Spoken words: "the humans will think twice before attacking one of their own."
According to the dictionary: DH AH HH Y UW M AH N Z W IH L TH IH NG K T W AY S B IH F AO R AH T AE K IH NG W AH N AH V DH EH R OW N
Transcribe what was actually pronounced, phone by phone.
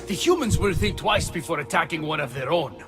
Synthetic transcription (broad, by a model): DH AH HH Y UW M AH N Z W IH L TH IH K T W AY S B IH F AO R AH T AE K IH NG W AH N AH V DH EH R OW N